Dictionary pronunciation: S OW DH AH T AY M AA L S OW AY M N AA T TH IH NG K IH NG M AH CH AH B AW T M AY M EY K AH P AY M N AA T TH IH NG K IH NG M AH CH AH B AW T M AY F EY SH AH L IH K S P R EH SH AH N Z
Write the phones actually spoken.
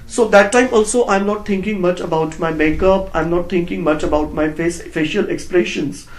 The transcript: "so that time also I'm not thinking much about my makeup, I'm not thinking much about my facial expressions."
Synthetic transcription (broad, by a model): S OW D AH T AY M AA L S OW AY M N AA T T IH NG K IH NG M AH CH AH B AW T M AY M EY K AH P AY M N AA T T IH NG K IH NG M AH CH AH B AW T M AY F EY SH AH L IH K S P R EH SH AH N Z